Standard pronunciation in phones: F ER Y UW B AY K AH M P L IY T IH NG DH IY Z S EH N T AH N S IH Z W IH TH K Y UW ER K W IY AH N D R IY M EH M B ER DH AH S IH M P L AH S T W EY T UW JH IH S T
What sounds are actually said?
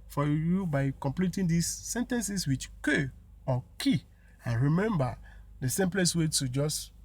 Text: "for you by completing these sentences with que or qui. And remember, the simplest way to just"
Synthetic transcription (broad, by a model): F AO Y UW B AY K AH M P L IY T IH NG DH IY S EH N T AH N S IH S W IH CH K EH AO K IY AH N R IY M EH M B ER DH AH S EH M P L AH S W EY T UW JH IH S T